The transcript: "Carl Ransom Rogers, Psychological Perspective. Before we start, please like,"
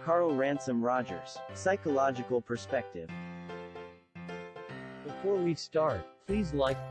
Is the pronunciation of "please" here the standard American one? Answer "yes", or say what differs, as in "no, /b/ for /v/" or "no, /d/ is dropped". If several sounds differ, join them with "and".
yes